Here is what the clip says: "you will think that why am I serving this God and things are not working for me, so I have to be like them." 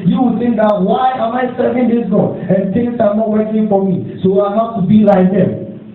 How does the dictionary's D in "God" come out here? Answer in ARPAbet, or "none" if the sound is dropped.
none